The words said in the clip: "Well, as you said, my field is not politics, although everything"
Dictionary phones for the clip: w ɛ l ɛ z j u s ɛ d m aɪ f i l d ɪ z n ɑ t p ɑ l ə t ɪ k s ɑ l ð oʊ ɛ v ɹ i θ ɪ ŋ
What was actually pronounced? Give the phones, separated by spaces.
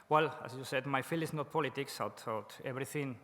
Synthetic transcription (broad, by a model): w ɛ l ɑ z j u s ɛ d m aɪ f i l ɪ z n ɑ t p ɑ l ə t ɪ k s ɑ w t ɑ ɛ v ɹ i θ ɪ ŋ